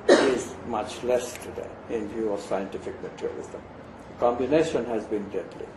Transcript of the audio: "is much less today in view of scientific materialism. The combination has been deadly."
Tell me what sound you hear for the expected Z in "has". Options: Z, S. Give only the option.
Z